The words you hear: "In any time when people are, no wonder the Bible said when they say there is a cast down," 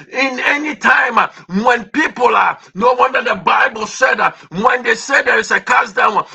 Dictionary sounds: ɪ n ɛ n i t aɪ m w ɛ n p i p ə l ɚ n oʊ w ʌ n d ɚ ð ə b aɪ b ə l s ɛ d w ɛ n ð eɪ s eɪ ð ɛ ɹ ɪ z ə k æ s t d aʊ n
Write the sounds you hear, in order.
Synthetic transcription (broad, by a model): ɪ n ɛ n i t aɪ m w ɛ n p i p ə l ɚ n oʊ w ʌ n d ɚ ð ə b aɪ b ə l s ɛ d w ɛ n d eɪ s eɪ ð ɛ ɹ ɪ s ə k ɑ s d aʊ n